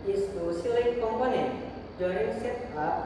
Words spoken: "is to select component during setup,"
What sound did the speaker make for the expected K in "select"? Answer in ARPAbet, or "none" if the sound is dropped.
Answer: none